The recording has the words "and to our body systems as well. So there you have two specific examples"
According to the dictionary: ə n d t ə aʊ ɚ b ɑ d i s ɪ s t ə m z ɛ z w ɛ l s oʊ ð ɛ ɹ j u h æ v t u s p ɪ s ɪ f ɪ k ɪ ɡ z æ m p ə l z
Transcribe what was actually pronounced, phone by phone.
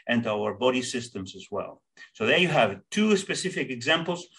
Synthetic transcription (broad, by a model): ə n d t aʊ ɚ b ɑ d i s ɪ s t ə m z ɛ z w ɛ l s oʊ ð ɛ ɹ j u h æ v t u s p ɪ s ɪ f ɪ k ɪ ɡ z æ m p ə l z